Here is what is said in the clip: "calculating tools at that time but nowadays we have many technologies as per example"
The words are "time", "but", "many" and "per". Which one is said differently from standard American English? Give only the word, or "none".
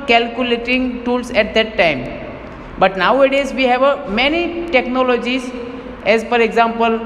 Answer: per